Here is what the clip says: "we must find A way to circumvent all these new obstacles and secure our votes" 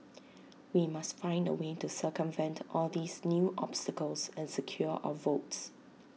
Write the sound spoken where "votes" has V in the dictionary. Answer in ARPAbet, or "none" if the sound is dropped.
V